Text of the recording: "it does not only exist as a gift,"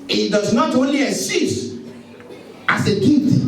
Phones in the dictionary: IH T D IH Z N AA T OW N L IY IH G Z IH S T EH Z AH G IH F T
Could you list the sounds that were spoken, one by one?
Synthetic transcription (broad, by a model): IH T D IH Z N AA T OW N L IY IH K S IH S T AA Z AH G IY T